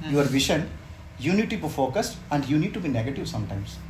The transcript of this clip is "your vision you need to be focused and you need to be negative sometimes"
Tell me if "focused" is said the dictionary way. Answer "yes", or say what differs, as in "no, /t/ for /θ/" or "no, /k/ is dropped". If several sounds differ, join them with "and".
yes